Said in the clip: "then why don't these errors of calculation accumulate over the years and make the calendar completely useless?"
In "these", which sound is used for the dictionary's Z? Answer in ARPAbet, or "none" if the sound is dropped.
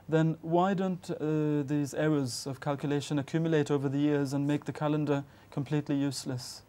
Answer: Z